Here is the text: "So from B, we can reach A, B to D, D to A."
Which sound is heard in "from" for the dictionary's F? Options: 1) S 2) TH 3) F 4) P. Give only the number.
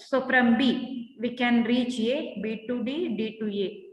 4